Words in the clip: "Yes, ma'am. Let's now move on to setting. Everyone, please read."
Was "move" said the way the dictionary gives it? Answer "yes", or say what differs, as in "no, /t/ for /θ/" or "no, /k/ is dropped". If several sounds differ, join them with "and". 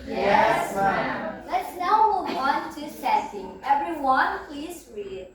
no, /w/ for /v/